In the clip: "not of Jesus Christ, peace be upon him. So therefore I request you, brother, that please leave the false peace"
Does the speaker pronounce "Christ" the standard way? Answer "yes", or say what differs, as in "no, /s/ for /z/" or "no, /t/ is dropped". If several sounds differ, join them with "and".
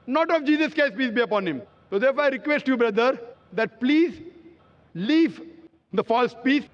no, /ɹ/ is dropped